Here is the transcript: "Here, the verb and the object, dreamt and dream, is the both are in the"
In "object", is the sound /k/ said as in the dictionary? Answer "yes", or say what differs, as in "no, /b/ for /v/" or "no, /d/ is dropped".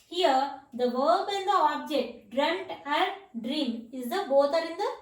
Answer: yes